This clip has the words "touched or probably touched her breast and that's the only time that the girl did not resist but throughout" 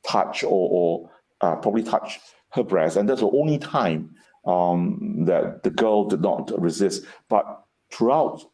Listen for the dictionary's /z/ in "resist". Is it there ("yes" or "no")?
yes